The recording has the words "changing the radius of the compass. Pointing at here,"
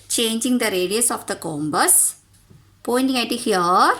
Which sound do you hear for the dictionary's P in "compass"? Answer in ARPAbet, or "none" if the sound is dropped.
B